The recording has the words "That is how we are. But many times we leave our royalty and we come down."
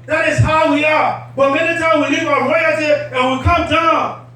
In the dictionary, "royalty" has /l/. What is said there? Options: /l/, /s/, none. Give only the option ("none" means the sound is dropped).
none